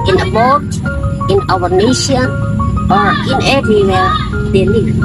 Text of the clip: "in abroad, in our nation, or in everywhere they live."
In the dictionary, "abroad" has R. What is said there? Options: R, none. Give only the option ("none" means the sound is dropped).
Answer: none